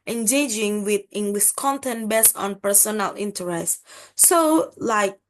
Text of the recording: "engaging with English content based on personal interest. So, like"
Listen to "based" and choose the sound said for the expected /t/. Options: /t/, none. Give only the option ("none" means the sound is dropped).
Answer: none